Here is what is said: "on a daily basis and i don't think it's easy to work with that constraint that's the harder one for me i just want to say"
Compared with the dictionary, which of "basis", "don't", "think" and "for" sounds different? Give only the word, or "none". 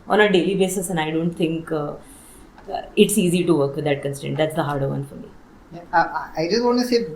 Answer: think